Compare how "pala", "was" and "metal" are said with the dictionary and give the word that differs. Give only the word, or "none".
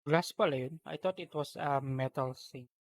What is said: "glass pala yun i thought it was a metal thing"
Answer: was